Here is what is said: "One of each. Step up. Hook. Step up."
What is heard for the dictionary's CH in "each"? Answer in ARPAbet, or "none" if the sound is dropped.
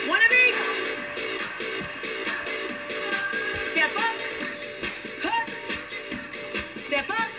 S